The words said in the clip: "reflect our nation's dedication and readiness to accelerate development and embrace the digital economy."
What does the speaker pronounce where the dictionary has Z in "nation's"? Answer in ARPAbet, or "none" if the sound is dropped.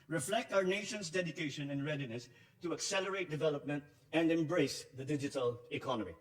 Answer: S